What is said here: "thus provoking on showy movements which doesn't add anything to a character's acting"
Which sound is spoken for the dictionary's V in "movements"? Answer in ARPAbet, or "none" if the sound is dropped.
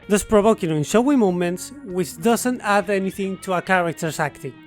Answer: none